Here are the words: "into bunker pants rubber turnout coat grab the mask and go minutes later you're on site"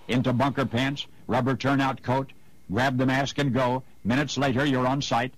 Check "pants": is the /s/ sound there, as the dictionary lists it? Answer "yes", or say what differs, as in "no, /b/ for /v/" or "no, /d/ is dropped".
yes